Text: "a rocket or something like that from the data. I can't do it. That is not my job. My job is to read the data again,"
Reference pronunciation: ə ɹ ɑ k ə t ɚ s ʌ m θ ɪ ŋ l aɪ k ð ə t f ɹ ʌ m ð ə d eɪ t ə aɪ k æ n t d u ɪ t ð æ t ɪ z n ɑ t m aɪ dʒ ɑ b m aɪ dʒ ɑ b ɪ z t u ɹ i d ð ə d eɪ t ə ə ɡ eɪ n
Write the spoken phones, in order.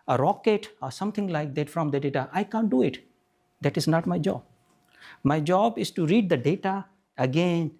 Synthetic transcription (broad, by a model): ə ɹ ɑ k ə t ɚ s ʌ m t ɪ ŋ l aɪ k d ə t f ɹ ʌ m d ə d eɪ t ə aɪ k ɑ n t d u ɪ t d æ t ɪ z n ɑ t m aɪ dʒ ɑ b m aɪ dʒ ɑ b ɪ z t u ɹ i d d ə d eɪ t ə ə ɡ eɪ n